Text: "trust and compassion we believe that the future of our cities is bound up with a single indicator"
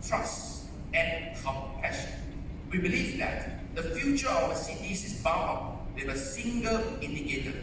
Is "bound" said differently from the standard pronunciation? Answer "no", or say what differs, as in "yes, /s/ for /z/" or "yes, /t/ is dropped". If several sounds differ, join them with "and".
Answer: yes, /d/ is dropped